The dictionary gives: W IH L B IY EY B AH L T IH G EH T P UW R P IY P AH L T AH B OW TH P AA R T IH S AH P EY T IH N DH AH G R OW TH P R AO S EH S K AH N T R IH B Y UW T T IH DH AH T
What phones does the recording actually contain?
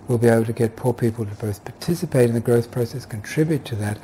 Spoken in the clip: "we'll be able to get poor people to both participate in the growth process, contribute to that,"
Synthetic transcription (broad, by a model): W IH L B IY EY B L T IH G EH T P UW R P IY P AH L T AH B OW TH P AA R T IH S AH P EY T IH N DH AH G R OW TH P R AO S EH S K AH N T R IH B Y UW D T IH DH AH T